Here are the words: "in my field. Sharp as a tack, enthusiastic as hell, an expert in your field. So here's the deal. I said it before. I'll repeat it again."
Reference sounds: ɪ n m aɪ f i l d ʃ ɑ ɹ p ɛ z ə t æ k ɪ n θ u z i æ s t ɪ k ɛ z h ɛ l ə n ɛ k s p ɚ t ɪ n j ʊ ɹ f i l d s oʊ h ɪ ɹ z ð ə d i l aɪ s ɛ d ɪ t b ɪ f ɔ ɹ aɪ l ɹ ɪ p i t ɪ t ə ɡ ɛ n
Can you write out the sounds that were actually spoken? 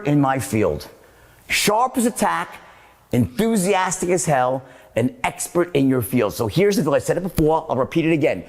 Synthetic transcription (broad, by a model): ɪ n m aɪ f i l d ʃ ɑ ɹ p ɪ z ə t æ k ɪ n θ u z i æ s t ɪ k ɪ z h ɛ l ə n ɛ k s p ɚ t ɪ n j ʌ ɹ f i l d s oʊ h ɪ ɹ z ð ə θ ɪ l aɪ s ɛ d ɪ t b ɪ f ɔ ɹ aɪ l ɹ ɪ p i t ɪ t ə ɡ ɛ n